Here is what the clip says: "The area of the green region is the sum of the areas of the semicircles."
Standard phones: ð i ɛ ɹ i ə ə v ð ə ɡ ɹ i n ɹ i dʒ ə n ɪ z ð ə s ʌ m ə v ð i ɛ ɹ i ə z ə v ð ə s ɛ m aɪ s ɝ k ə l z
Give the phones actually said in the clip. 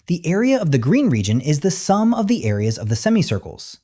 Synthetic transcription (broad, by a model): ð i ɛ ɹ i ə ə v ð ə ɡ ɹ i n ɹ i dʒ ə n ɪ z ð ə s ʌ m ə v ð i ɛ ɹ i ə z ə v ð ə s ɛ m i s ɝ k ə l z